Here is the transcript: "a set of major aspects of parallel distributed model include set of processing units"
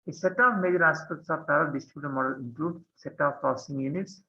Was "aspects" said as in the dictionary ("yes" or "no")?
no